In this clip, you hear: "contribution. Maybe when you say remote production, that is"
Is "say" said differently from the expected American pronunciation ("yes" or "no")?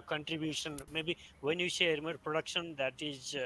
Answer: yes